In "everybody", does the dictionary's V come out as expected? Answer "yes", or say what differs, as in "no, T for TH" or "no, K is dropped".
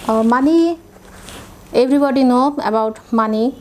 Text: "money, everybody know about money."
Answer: no, B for V